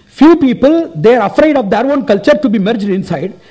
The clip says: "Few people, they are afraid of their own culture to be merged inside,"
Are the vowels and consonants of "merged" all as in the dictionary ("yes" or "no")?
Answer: yes